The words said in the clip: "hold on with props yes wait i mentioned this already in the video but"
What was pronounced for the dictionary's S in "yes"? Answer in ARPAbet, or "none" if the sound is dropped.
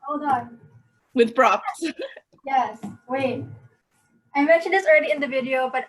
S